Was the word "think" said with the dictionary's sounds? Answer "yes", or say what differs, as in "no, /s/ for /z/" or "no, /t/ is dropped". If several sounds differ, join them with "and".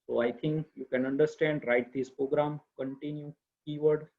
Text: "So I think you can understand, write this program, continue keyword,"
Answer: no, /t/ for /θ/